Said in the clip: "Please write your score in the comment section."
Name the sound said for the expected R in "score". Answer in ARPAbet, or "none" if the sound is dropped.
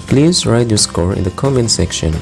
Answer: R